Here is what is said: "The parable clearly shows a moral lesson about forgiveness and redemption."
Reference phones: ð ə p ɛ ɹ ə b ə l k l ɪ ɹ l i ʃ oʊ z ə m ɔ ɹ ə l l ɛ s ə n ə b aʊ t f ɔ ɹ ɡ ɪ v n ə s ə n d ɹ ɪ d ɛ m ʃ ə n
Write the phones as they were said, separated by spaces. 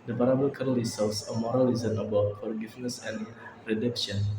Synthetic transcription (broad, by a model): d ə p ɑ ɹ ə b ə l k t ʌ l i s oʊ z ə m ɔ ɹ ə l l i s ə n ə b aʊ t f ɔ ɹ ɡ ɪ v n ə s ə n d ɹ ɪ d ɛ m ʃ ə n